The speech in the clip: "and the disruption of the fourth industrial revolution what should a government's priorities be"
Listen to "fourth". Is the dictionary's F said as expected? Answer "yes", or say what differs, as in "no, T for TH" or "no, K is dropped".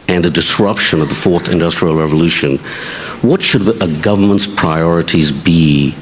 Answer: yes